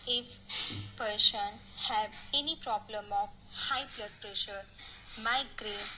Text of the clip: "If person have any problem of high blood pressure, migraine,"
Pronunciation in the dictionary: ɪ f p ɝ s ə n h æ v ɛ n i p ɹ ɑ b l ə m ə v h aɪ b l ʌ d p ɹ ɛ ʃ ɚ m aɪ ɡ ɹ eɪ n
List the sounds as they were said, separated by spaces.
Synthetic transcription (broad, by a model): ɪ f p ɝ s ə n h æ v ɛ n i p ɹ ɑ b l ə m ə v h aɪ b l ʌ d p ɹ ɛ ʃ ɚ m aɪ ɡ ɹ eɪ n